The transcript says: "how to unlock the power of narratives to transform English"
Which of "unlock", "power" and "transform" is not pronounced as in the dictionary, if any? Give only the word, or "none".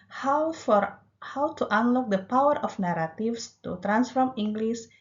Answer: none